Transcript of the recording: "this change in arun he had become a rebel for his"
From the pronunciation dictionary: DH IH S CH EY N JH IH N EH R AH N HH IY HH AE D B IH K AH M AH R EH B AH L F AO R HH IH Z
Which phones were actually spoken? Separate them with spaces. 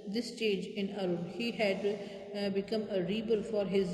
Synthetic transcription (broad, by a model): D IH S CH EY JH IH N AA R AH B HH IY HH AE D B IH K AH M AH R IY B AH L F AO R HH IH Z